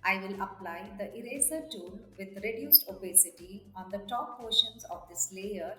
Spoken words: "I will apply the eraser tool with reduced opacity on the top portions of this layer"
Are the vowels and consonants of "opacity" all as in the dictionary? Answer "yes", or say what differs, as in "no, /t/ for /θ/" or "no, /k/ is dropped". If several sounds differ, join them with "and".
no, /b/ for /p/